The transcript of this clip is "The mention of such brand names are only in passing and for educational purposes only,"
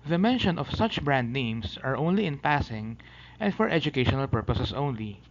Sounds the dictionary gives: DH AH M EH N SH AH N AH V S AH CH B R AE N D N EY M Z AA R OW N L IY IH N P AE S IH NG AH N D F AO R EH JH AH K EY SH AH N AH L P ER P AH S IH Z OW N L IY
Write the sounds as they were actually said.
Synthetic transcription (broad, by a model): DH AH M EH N SH AH N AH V S AH CH B R AE N D N EY M S AA R OW N L IY IH N P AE S IH NG AH N D F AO R EH JH AH K EY SH AH N AH L P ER P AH S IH S OW N L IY